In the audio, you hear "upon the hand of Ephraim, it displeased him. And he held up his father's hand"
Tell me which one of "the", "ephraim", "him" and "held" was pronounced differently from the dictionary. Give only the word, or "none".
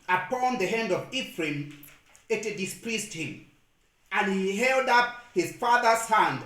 none